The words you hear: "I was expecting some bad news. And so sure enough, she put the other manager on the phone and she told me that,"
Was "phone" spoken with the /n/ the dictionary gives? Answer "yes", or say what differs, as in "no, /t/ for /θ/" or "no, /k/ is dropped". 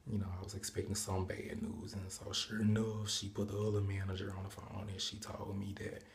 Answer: no, /n/ is dropped